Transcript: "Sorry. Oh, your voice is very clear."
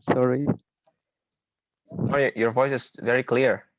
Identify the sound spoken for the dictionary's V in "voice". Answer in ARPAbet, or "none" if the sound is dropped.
V